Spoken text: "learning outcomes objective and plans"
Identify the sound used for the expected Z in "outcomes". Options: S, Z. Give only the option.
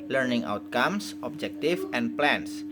S